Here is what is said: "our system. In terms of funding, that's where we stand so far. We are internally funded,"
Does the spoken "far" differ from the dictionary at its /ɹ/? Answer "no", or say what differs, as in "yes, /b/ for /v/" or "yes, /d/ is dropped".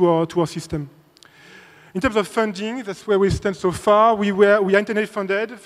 yes, /w/ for /ɹ/